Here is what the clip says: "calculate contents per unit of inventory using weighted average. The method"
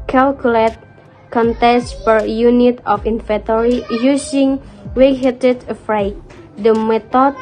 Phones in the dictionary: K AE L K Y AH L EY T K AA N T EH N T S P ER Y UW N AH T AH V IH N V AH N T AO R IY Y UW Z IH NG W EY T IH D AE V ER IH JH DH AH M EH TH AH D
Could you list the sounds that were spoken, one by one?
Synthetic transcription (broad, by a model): K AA L K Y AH L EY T K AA N T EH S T P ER Y UW N AH T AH F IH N F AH T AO R IY Y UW S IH NG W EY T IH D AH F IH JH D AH M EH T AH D